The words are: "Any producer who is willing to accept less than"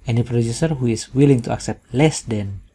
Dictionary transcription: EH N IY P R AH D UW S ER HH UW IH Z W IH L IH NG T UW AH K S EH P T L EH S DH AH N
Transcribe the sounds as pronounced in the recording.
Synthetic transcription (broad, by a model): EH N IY P R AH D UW S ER HH UW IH S W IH L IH NG T UW AH K S EH P T L EH S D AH N